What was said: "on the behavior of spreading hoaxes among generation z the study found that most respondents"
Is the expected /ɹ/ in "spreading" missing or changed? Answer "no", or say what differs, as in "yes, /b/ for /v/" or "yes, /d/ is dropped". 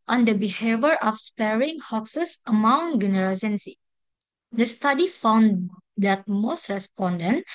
yes, /ɹ/ is dropped